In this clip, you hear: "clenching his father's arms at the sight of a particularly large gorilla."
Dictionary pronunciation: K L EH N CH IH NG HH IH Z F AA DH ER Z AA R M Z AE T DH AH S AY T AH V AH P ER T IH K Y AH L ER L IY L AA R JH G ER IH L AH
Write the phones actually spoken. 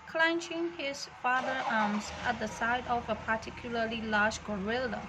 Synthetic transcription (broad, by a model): K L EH N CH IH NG HH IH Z F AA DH ER AA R M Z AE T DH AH S AY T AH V AH P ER T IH K Y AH L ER L IY L AA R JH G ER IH L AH